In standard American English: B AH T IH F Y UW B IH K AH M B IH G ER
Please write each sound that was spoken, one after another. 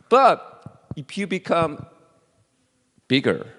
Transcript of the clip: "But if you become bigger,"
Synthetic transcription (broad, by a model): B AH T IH P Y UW B IH K AH M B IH G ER